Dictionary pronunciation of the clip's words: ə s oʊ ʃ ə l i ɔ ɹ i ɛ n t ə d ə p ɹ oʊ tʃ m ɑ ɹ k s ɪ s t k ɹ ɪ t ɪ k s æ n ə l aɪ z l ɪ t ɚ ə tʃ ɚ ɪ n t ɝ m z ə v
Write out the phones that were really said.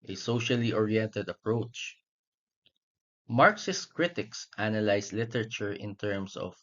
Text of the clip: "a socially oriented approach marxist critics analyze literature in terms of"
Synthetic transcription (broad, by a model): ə s oʊ ʃ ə l i ɔ ɹ i ɛ n t ə d ə p ɹ oʊ tʃ m ɑ ɹ k s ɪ s k ɹ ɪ t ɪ k s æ n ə l aɪ s l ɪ t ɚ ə tʃ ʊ ɪ n t ɝ m s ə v